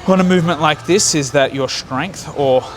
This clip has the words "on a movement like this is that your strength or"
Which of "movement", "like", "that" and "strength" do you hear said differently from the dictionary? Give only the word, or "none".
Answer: none